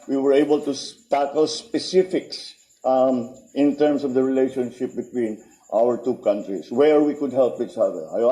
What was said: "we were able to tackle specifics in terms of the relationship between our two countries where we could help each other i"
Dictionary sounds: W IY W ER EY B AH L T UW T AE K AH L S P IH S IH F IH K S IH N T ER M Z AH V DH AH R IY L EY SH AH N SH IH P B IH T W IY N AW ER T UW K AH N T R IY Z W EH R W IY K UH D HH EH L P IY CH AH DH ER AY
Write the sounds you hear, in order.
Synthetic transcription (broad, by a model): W IY W ER EY B AH L T UW T AE K AH L S P IH S IH F IH K S IH N T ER M S AH V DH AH R IY L EY SH AH N SH IH P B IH T W IY N AW ER T UW K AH N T R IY S W EH R W IY K UH D HH EH L P IY CH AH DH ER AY